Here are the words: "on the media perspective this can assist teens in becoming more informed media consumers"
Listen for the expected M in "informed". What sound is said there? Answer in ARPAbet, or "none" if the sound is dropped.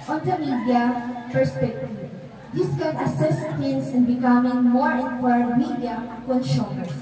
none